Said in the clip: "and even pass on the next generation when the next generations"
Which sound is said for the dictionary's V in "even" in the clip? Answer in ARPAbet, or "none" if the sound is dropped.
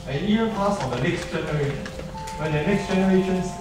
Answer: none